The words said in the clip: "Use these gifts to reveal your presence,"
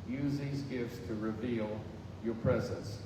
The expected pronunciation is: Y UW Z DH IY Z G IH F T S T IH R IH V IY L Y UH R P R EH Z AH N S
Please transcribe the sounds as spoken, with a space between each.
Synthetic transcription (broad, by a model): Y UW Z DH IY Z G IH F T S T IH R IH V IY L Y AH R P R EH Z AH N S